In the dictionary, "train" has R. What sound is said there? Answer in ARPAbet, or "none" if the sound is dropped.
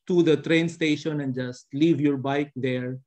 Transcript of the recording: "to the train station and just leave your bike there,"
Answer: R